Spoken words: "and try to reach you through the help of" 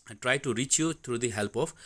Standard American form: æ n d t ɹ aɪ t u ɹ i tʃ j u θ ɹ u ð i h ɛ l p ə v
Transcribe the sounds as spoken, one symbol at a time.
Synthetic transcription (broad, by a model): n t ɹ aɪ t u ɹ i tʃ j u t ɹ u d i h ɛ l p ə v